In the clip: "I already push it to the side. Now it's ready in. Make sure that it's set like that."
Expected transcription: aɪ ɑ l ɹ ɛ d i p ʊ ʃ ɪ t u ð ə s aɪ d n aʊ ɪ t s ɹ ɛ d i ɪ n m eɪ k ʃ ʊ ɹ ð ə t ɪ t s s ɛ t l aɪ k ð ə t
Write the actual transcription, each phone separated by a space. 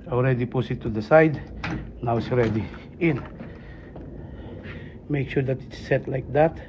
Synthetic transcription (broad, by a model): ɑ l ɹ ɛ d i p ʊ s ɪ t u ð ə s aɪ d n aʊ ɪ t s ɹ ɛ d i ɪ n m eɪ k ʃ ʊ ɹ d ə t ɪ t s s ɛ t l aɪ k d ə t